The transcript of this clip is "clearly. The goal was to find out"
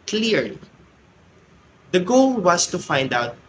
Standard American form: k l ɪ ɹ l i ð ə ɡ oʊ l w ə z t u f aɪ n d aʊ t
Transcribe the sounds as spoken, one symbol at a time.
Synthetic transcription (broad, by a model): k l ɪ ɹ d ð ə ɡ oʊ l w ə s t u f aɪ n d aʊ t